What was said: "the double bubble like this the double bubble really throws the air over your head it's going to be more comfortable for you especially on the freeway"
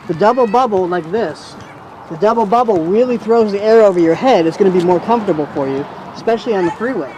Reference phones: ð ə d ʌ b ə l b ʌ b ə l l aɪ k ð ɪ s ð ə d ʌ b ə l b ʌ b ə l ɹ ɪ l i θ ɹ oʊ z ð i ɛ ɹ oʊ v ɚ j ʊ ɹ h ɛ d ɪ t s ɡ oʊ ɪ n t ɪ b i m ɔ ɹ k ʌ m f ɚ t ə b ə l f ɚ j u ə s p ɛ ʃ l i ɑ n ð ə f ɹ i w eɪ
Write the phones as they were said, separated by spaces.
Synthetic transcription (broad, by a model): ð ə d ʌ b l b ʌ b l l aɪ k ð ɪ s ð ə d ʌ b l b ʌ b l ɹ ɪ l i θ ɹ oʊ z ð i ɛ ɹ oʊ v ɚ j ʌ ɹ h ɛ d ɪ t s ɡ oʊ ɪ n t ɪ b i m ɔ ɹ k ʌ m f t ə b l f ɚ j u ə s p ɛ ʃ l i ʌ n ð ə f ɹ i w eɪ